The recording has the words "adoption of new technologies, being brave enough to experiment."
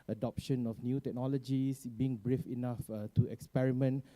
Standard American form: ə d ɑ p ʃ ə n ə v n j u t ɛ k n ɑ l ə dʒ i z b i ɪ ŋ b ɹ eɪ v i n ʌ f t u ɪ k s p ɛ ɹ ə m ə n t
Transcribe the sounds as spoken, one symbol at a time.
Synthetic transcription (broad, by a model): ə d ɑ p ʃ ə n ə f n j u t ɛ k n ɑ l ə dʒ i s b i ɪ ŋ b ɹ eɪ f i n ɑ f t u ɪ k s p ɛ ɹ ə m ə n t